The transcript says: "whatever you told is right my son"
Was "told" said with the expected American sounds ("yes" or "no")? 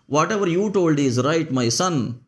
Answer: yes